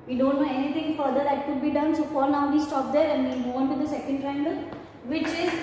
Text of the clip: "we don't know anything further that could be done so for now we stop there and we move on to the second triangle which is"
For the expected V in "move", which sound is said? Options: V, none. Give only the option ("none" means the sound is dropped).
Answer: none